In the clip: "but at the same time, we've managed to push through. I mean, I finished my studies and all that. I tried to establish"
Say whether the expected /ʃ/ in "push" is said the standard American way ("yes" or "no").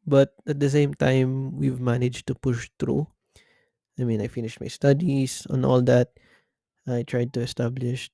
yes